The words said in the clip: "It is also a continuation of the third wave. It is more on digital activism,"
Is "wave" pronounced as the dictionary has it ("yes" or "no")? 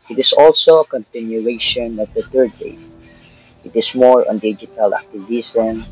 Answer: no